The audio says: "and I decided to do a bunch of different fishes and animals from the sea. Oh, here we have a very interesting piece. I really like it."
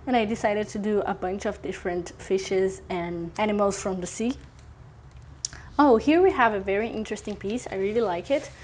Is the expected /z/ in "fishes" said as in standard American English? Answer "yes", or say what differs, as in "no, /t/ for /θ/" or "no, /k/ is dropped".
yes